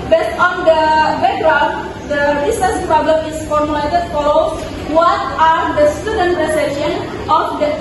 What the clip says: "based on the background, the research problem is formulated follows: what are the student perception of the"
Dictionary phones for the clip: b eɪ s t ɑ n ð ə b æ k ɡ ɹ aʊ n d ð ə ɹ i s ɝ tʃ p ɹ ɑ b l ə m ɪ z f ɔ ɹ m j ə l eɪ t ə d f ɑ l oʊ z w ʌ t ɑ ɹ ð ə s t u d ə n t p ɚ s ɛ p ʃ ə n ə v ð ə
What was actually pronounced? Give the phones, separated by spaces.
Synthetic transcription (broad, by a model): b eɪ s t ɑ n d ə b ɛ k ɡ ɹ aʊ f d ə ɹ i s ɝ s p ɹ ɑ b l ə m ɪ s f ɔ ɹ m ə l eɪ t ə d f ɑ l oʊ s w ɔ t ɑ ɹ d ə s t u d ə n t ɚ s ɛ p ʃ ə n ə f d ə